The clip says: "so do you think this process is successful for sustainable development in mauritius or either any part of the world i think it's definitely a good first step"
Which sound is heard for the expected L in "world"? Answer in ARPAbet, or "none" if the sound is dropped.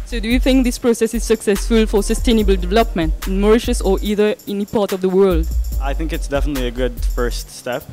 L